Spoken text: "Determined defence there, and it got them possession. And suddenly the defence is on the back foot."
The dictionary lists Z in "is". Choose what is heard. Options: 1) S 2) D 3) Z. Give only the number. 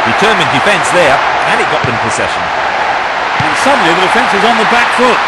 3